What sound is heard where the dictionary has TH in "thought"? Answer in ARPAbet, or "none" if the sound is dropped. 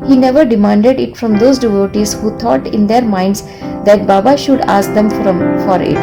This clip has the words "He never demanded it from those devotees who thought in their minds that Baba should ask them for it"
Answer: T